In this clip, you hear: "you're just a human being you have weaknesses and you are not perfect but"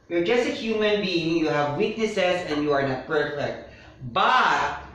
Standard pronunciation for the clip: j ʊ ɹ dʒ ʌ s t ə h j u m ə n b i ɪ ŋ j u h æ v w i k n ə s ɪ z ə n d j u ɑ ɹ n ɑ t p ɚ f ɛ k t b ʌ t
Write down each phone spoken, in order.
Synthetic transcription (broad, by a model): j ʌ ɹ dʒ ʌ s t ə h j u m ə n b i ɪ ŋ j u h æ v w i k n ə s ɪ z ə n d j u ɑ ɹ n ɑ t b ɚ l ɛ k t b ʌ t